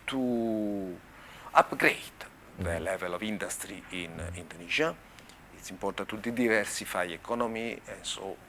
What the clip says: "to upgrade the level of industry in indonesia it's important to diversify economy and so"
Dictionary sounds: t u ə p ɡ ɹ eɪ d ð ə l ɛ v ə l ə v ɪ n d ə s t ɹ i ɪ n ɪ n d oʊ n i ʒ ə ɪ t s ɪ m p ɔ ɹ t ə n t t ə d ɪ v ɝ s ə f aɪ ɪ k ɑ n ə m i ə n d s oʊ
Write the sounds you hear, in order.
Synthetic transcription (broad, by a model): t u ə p ɡ ɹ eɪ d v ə l ɛ v ə l ə v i n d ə s t ɹ i ɪ n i n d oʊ n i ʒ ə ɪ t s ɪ m p ɔ ɹ t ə t t ə d ɪ v ɝ s ə f aɪ ɪ k ɑ n ə m i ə n s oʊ